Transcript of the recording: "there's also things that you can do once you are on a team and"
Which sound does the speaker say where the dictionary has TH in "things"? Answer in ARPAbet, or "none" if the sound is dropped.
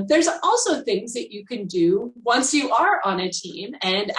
TH